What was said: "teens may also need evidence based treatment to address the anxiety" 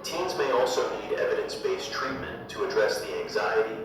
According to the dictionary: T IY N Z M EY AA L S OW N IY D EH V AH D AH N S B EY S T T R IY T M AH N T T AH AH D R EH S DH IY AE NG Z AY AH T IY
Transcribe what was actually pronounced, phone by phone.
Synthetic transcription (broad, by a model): T IY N Z M EY AA L S OW N IY D EH V AH D AH N S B EY S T T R IY T M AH N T T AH AH D R EH S DH IY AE NG Z AY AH T IY